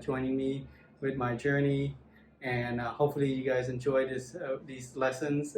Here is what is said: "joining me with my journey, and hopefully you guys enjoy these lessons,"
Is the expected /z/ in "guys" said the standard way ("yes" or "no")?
yes